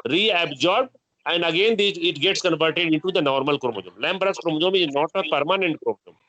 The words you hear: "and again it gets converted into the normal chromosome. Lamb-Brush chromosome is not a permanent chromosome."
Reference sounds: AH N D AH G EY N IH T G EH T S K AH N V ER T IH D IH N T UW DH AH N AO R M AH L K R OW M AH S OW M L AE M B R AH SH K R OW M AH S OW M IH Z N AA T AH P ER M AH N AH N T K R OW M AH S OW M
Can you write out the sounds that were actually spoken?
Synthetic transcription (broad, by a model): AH N D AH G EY N IH T G EH T S K AH N V ER T IH D IH N T UW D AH N AO R M AH L K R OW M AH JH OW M L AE M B R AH S K R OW M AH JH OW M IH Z N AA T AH P ER M AH N AH N T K R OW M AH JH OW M